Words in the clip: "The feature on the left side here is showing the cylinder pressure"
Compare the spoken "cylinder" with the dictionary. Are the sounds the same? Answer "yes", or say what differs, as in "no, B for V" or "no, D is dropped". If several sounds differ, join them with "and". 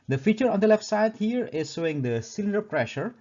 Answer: yes